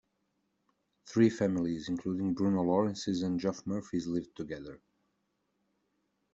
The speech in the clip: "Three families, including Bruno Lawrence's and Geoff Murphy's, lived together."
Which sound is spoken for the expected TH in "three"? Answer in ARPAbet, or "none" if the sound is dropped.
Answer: TH